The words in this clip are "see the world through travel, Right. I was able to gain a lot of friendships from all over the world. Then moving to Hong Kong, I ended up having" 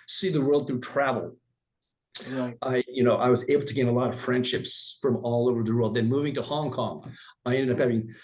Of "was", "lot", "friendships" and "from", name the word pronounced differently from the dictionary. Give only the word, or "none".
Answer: none